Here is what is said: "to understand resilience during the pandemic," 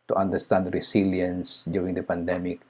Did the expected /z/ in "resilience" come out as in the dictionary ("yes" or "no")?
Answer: no